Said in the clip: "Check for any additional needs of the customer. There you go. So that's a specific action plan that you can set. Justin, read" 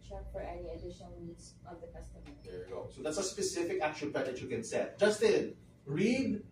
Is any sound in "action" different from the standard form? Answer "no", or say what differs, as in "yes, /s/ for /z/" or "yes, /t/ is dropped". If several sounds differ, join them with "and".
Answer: yes, /l/ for /n/